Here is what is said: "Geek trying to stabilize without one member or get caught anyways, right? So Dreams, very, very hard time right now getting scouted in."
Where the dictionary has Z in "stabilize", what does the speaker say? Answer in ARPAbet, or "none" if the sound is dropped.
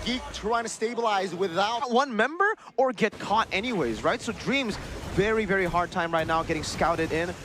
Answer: Z